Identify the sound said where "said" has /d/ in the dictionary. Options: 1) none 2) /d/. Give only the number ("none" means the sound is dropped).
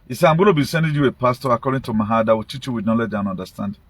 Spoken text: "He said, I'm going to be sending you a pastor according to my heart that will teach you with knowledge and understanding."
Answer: 1